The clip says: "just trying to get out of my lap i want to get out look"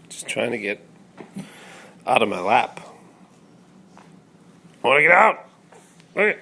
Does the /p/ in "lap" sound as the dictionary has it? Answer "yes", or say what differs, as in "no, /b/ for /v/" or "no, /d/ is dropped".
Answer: yes